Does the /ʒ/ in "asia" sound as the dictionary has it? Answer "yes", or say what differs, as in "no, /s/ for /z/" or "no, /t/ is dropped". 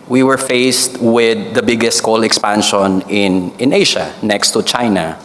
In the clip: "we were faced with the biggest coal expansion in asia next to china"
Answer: no, /ʃ/ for /ʒ/